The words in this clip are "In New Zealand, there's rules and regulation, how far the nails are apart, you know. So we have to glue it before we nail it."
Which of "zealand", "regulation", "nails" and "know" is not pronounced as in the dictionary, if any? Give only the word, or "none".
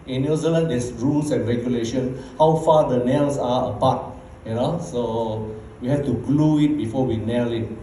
nails